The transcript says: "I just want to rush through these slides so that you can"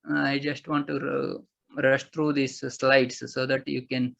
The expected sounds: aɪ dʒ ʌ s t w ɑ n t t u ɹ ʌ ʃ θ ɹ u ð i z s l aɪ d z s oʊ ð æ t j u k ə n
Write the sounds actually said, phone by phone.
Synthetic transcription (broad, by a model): aɪ dʒ ʌ s t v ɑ n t t u ɹ ʌ ʃ t ɹ u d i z s l aɪ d s oʊ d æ t j u k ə n